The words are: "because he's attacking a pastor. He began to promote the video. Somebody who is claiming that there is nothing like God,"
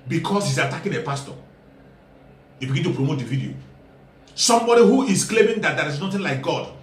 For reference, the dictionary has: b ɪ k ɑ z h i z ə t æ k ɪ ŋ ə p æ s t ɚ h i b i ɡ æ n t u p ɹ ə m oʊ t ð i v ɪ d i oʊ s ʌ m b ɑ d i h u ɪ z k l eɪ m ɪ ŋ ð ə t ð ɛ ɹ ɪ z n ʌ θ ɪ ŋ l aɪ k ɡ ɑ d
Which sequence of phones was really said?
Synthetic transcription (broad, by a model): b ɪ k ɑ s h i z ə t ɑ k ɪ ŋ ə p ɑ s t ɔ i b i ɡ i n t u p ɹ ə m oʊ t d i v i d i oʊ s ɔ m b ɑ d i h u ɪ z k l eɪ m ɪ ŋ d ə t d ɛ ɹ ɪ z n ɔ t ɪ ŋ l aɪ k ɡ ɑ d